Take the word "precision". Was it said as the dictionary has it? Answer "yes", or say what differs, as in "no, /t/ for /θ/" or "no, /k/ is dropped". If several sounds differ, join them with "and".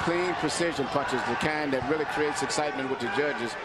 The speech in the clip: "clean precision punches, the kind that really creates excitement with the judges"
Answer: yes